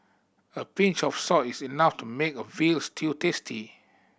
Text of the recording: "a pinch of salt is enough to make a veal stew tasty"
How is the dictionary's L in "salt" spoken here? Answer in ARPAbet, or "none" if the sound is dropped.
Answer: none